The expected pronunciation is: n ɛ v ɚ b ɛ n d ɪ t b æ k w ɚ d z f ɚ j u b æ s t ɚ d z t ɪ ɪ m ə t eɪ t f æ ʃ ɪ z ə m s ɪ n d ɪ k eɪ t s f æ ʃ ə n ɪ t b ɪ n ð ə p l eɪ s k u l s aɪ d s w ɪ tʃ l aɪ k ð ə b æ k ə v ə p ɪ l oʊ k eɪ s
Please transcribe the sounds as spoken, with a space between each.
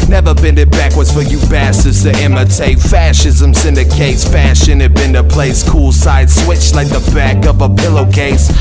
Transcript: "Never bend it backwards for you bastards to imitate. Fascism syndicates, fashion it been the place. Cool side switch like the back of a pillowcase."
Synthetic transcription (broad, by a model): n ɛ v ɚ b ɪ n ɪ t b æ k w ɚ d z f ɚ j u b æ s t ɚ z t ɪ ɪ m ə t eɪ f æ ʃ ɪ z ə m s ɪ n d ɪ k eɪ s f æ ʃ ə n ɪ t b ɪ n ð ə p l eɪ s k u l s aɪ d s w ɪ tʃ l aɪ k ð ə b æ k ə v ə p ɪ l oʊ k eɪ s